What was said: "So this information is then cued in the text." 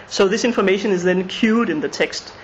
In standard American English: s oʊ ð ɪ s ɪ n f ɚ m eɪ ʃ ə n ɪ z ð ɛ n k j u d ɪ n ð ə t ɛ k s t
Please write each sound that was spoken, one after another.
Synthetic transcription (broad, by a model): s oʊ ð ɪ s ɪ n f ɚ m eɪ ʃ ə n ɪ z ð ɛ n k j u d ɪ n ð ə t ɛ k s t